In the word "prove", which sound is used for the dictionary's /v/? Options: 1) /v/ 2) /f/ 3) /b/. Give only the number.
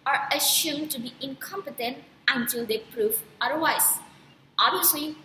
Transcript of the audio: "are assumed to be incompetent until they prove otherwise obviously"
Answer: 2